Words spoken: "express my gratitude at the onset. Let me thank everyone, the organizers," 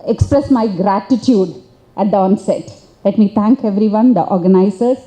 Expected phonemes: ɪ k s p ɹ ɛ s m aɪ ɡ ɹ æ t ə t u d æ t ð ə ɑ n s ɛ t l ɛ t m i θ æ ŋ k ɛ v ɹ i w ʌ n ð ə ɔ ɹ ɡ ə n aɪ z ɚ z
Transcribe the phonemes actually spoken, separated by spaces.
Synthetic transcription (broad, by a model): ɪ k s p ɹ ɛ s m aɪ ɡ ɹ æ t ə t u d æ t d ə ɑ n s ɛ t l ɛ t m i t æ ŋ k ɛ v ɹ i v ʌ n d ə ɔ ɹ ɡ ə n aɪ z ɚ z